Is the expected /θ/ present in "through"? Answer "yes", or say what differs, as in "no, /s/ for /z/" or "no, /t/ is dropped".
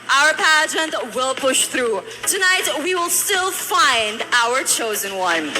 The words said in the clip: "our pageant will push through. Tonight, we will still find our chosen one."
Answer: yes